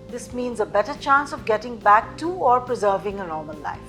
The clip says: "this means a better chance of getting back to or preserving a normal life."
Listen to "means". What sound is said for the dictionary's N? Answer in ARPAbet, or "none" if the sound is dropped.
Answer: N